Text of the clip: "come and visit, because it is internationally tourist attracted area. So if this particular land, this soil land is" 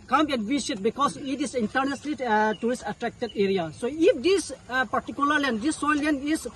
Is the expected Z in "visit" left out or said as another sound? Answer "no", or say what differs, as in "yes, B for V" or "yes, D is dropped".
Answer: yes, S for Z